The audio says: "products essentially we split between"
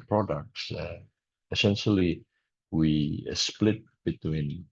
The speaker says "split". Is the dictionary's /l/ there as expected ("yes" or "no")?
yes